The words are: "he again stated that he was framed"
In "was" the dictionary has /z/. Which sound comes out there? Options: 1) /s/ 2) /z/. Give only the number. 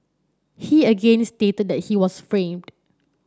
1